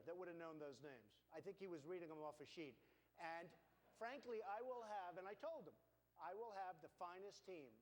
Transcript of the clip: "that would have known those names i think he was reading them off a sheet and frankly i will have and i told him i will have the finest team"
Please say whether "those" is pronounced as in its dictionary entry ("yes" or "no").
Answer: yes